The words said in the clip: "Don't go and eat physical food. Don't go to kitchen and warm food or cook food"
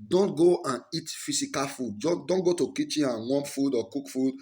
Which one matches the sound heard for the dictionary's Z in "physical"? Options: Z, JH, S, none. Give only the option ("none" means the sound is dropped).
S